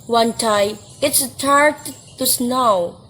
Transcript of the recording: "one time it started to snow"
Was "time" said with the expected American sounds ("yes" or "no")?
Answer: no